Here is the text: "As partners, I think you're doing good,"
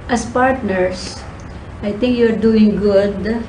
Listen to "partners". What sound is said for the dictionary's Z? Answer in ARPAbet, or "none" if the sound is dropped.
S